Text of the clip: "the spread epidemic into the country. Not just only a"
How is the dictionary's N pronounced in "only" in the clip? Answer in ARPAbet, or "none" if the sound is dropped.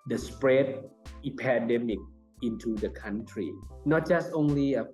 N